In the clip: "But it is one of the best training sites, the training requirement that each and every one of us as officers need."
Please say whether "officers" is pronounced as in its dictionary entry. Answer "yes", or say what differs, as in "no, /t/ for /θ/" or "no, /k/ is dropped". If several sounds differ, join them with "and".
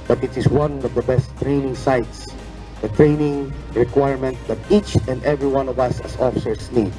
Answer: no, /s/ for /z/